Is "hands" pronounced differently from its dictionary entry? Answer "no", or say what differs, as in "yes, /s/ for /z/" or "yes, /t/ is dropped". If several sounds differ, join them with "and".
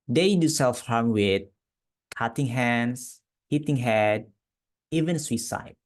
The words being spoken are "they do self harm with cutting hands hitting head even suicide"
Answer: yes, /s/ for /z/